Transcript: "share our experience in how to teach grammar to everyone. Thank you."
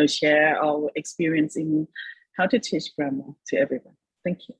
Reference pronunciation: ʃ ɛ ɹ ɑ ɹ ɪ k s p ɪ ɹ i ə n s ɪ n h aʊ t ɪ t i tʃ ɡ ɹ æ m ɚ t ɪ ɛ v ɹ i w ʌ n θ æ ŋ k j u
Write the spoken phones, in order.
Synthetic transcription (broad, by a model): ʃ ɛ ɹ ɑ l ɪ k s p ɪ ɹ i ə n s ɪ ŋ h aʊ t ɪ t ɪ ʃ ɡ ɹ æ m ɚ t ɪ ɛ v ɹ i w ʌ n θ æ ŋ k j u